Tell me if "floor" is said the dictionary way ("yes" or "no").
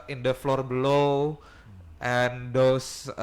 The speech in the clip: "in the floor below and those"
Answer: yes